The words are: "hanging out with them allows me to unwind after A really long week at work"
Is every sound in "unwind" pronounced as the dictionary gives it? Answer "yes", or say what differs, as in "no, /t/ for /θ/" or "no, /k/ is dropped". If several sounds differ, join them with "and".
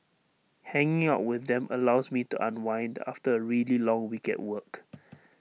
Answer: yes